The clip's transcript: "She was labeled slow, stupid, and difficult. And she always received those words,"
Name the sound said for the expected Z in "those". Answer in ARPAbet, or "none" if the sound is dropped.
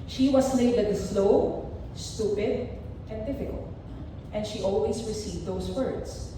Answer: S